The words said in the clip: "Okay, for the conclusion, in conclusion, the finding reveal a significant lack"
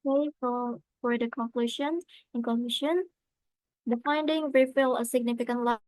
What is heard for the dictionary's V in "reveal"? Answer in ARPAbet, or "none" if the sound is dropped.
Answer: F